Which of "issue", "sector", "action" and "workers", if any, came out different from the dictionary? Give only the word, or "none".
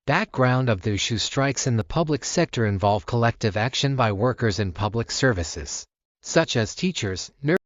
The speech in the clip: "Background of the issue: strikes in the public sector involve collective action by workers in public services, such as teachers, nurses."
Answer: none